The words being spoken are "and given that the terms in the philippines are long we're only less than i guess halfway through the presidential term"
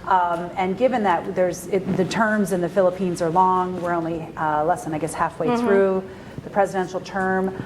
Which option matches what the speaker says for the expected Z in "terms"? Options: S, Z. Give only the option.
Z